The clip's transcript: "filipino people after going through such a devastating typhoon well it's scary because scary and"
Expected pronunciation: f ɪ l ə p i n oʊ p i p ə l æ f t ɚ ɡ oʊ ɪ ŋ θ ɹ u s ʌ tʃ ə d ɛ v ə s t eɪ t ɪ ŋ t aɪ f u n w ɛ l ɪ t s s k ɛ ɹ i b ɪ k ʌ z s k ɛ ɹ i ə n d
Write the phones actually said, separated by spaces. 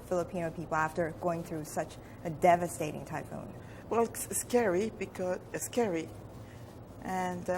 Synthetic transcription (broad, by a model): f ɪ l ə p i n oʊ p i p l æ f t ɚ ɡ oʊ ɪ ŋ θ ɹ u s ʌ tʃ ə d ɛ v ə s t eɪ t ɪ ŋ t aɪ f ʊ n w ɛ l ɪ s s k ɛ ɹ i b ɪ k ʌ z s k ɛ ɹ i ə n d